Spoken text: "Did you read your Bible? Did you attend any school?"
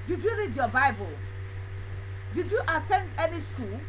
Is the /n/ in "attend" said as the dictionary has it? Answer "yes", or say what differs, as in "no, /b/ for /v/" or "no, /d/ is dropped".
yes